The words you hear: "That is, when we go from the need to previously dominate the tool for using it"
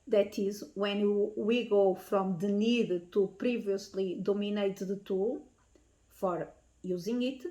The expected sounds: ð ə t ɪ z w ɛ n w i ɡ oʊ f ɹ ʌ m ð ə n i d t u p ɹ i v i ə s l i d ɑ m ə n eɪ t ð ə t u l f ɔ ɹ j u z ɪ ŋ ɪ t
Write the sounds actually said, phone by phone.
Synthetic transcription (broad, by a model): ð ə t ɪ z w ɛ n w i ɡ oʊ f ɹ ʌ m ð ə n i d t u p ɹ i v i ə s l i d ɑ m ə n eɪ t ð ə t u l f ɔ ɹ j u z ɪ ŋ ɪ t